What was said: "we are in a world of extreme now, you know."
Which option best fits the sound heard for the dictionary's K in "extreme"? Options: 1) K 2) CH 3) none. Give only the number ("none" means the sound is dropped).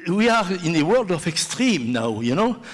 1